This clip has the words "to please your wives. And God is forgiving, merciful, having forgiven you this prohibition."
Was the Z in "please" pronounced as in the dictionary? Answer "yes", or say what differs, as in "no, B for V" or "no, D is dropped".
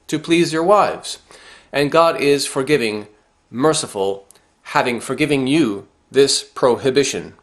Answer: yes